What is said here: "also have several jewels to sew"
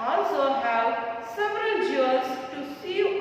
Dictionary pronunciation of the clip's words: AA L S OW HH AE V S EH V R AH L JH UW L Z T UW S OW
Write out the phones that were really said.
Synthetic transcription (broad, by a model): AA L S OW HH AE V S EH V R AH L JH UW Z T UW S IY